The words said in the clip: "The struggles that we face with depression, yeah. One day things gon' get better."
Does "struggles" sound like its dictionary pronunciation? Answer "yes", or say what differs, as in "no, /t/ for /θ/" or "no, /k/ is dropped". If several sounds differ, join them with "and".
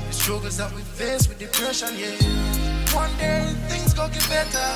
no, /l/ is dropped